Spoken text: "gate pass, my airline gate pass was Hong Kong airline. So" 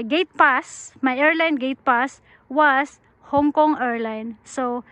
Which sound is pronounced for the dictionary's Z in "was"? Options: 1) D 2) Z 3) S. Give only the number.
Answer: 3